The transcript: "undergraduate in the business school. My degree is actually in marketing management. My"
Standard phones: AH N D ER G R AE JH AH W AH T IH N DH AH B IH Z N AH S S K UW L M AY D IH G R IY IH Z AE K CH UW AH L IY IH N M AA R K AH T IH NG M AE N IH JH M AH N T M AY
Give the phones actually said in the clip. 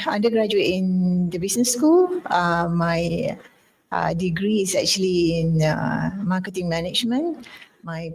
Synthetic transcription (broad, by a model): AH N D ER G R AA JH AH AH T IH N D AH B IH S N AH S S K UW L M AY D IH G R IY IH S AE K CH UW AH L IY IH N M AA K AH T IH NG M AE N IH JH M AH N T M AY